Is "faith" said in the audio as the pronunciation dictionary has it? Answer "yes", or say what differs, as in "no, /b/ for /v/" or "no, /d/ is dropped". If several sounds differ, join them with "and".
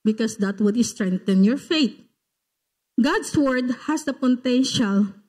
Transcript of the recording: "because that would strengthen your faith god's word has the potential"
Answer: no, /t/ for /θ/